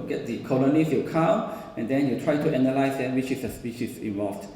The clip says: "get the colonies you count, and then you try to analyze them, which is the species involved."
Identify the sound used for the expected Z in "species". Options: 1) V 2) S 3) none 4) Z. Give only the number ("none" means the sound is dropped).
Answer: 2